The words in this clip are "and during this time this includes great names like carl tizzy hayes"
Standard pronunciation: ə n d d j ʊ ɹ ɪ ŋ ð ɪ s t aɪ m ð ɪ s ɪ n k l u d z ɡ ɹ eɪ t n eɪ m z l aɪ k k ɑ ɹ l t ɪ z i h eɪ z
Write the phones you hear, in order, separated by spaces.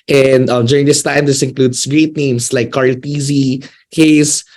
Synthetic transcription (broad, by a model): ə n d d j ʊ ɹ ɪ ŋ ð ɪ s t aɪ m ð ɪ s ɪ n k l u d s ɡ ɹ eɪ t n eɪ m s l aɪ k k ɑ ɹ l t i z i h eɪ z